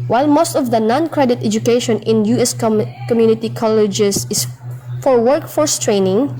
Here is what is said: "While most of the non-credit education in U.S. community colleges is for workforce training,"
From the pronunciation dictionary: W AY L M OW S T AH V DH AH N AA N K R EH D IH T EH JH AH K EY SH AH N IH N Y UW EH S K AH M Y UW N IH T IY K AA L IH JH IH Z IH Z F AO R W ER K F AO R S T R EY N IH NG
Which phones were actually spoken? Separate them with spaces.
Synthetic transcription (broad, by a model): W AY L M OW S T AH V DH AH N AA N K R EH D IH T EH JH AH K EY SH AH N IH N Y UW EH S K AH M Y UW N IH T IY K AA L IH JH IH S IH S F AO R W ER K F AO R S T R EY N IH NG